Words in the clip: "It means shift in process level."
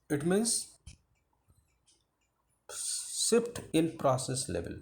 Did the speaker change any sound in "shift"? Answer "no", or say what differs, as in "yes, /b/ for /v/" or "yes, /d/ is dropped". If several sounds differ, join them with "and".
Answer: yes, /s/ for /ʃ/